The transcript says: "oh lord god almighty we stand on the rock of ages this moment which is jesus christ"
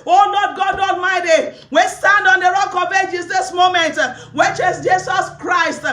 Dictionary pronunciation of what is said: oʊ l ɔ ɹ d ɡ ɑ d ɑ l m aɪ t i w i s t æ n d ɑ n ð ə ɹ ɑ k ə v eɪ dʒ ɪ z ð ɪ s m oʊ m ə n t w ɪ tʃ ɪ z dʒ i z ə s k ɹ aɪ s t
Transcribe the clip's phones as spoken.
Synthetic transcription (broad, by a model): oʊ n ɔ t ɡ ɑ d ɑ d m aɪ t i w i s t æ n d ɑ n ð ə ɹ ɑ k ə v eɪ dʒ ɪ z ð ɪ s m oʊ m ə n t w ɪ tʃ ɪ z dʒ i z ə s k ɹ aɪ s t